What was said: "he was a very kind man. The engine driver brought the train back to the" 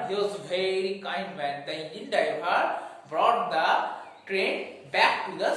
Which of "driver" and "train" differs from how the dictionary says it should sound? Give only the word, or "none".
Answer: driver